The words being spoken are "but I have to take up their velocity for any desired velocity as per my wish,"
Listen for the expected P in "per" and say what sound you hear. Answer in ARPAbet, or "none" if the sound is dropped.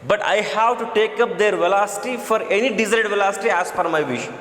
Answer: F